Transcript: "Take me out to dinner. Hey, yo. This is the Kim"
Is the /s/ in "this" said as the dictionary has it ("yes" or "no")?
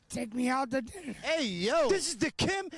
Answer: yes